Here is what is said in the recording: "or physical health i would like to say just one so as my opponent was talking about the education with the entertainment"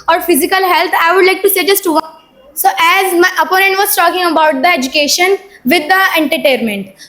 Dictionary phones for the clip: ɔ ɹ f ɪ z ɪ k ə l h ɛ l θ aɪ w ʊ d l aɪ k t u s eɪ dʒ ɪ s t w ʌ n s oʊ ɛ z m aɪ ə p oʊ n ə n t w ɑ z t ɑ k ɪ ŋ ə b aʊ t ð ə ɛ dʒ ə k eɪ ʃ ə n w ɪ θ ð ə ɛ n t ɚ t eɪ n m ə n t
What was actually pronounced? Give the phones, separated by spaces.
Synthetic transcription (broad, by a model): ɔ ɹ f ɪ z ɪ k ə l h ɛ l t aɪ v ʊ d l aɪ k t u s eɪ dʒ ɪ s t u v s oʊ ɛ z m aɪ ə p oʊ n ə n t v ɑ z t ɑ k ɪ ŋ ə b aʊ t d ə ɛ dʒ ə k eɪ ʃ ə n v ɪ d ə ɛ n t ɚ t eɪ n m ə n t